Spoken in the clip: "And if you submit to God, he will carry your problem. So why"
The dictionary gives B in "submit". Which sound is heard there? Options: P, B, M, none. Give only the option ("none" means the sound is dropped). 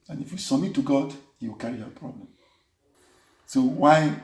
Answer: none